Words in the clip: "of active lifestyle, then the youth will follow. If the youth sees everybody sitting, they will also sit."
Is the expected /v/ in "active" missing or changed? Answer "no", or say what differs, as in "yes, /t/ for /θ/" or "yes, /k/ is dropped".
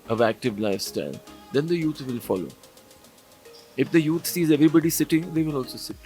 no